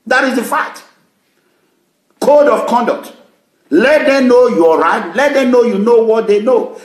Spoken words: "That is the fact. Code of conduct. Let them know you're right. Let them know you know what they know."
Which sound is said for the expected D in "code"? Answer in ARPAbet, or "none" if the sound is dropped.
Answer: D